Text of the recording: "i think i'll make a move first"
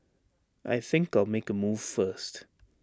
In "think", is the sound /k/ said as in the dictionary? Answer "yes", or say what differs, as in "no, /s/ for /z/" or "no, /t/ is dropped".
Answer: yes